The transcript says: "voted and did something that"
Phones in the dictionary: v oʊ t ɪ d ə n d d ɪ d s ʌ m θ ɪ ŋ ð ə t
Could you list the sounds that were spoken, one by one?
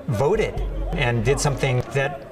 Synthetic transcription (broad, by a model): v oʊ t ɪ d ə n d d ɪ d s ʌ m θ ɪ ŋ ð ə t